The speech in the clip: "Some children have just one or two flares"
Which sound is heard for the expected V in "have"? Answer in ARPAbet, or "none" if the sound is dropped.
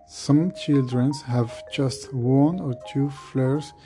V